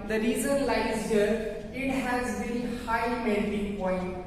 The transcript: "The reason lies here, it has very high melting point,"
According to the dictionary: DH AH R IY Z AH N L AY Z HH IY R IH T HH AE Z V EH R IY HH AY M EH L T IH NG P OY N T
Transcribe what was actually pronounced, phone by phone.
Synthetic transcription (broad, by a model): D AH R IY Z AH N L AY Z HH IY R IH T HH AE Z B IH L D HH AY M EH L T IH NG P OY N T